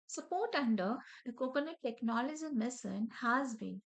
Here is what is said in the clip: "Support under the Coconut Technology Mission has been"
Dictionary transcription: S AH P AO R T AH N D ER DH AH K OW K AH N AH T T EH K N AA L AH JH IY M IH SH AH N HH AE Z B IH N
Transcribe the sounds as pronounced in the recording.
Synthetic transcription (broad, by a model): S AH P AO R T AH N D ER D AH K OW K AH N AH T T EH K N AA L AH JH IY M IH S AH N HH AE Z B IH N